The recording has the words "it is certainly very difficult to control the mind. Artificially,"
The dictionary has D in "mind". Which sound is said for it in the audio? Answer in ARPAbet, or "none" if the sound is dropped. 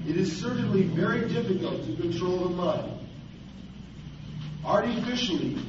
none